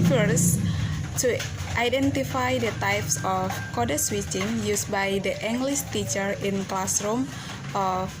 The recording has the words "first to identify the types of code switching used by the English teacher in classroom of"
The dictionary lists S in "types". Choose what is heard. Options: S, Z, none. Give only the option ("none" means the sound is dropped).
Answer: S